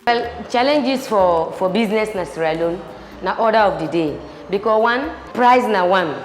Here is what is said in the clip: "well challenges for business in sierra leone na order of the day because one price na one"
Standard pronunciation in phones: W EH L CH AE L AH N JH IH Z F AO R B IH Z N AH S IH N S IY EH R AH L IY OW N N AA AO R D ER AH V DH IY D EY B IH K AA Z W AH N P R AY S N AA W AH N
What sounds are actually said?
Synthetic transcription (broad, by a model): W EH L CH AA L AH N JH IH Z F AO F B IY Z N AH S N S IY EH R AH L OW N N AA AO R D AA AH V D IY D EY B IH K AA W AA N P R AY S N AA W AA N